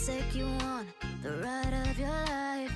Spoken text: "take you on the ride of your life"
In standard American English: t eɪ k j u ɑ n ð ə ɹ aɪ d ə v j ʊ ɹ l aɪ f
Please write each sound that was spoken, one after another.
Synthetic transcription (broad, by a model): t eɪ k j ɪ ɑ n ð ə ɹ aɪ d ə v j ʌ ɹ l aɪ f